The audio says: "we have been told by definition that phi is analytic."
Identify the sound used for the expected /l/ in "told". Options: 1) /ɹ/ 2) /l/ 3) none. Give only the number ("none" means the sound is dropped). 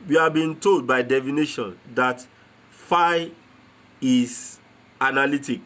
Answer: 2